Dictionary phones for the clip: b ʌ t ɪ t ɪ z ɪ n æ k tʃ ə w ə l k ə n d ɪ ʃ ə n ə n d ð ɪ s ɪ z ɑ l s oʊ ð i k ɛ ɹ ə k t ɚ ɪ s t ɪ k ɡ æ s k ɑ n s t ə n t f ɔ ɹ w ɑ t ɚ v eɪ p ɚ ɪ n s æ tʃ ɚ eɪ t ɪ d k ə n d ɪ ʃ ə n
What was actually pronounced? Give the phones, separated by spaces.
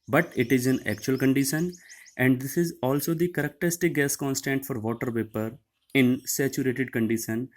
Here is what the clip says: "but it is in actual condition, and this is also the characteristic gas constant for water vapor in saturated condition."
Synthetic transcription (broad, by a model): b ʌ t ɪ t ɪ z ɪ n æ k tʃ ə ə l k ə n d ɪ ʃ ə n ə n d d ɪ s ɪ z ɑ l s oʊ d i k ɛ ɹ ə k t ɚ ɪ s t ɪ k ɡ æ s k ɑ n s t ə n t f ɔ ɹ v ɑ t ɚ p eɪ p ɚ ɪ n s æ tʃ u eɪ t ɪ d k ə n d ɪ ʃ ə n